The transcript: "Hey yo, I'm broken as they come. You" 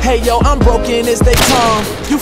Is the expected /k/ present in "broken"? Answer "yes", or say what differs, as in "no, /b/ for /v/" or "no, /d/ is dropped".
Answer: yes